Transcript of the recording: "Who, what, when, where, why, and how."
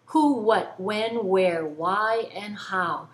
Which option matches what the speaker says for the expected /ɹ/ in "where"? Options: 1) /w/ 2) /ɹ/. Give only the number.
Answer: 2